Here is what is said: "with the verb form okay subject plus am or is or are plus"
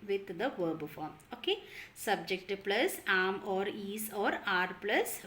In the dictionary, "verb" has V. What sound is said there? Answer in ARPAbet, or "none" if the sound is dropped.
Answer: V